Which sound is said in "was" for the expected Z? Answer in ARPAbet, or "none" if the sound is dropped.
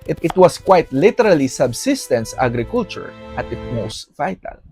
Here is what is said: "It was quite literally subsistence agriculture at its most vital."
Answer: S